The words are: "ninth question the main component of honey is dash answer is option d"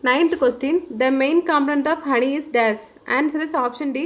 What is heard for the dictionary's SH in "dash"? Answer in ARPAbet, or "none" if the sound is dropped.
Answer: S